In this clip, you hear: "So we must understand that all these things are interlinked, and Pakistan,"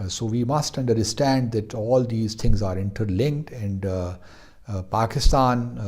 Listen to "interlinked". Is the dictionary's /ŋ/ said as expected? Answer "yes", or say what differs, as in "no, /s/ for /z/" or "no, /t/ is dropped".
yes